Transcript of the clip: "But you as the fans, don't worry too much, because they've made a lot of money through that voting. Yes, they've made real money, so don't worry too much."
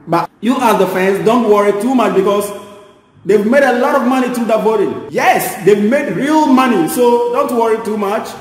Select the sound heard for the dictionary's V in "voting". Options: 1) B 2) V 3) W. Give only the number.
1